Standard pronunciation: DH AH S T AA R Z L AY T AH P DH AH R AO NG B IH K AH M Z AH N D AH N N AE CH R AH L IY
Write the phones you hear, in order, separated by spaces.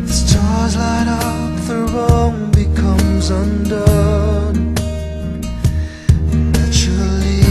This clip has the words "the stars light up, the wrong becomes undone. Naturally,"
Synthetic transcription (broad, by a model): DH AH S T AA R Z L AY T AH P DH AH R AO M B IH K AH M Z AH N D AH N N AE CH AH L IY